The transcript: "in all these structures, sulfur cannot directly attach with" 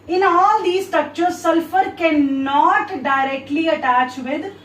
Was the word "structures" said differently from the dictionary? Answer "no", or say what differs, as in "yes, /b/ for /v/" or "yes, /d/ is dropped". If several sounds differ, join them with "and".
yes, /ɹ/ is dropped